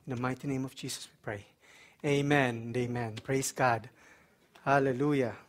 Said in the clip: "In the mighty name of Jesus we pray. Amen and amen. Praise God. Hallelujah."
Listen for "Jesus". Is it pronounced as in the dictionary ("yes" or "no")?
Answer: no